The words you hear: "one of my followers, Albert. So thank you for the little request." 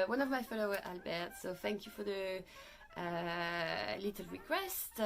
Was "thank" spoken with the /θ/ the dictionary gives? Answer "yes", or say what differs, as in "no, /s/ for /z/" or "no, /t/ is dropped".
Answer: yes